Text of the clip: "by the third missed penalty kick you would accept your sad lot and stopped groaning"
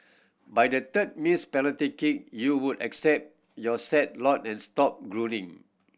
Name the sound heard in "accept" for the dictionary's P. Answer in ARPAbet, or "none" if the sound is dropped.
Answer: P